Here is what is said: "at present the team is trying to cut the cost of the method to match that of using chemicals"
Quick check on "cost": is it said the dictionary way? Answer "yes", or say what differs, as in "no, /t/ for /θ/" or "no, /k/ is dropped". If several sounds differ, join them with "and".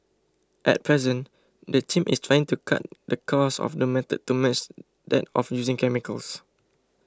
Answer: no, /t/ is dropped